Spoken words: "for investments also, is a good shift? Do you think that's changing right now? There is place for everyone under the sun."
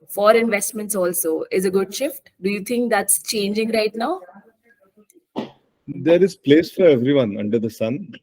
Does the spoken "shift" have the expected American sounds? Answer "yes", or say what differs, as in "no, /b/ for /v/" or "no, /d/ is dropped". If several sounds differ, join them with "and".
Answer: yes